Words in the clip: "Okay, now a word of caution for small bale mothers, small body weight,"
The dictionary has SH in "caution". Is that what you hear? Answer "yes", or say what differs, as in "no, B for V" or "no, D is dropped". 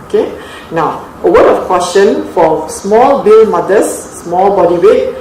no, S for SH